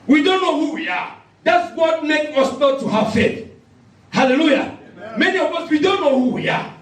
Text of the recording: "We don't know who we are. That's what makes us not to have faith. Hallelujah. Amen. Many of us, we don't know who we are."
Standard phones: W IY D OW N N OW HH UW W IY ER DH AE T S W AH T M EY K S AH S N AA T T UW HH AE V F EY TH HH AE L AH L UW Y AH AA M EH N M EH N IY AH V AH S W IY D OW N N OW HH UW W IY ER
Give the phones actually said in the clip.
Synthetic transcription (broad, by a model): W IY D OW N N OW HH UW W IY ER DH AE T S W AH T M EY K AH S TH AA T T UW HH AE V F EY T HH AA L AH L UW Y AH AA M M EH N IY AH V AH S W IY D OW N N OW HH UW W IY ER